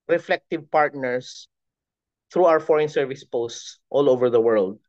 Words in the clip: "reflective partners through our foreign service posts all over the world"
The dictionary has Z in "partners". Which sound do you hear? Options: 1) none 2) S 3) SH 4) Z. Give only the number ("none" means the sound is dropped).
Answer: 2